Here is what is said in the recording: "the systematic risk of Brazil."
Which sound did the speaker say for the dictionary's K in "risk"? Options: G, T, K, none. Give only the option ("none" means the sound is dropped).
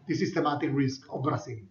K